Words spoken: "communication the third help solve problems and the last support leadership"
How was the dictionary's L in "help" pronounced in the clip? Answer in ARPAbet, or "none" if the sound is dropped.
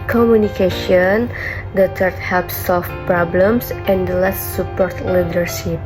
none